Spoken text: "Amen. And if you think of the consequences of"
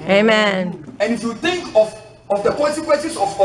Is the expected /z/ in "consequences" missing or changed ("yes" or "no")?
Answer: yes